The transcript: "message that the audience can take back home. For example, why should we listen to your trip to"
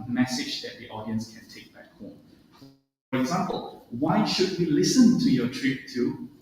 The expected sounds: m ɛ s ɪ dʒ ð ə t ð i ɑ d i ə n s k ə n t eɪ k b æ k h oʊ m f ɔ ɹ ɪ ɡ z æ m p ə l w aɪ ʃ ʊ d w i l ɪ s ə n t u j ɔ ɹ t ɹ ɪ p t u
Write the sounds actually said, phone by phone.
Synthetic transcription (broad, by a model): m ɛ s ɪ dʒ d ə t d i ɑ d i ə n s k ə n t eɪ k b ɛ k h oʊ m f ɔ ɹ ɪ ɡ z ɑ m p ə l w aɪ ʃ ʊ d w i l ɪ s ə n t u j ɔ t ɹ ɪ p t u